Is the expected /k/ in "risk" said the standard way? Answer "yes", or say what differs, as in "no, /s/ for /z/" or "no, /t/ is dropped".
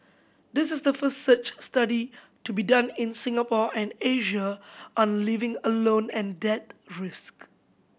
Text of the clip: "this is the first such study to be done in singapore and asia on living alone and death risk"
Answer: yes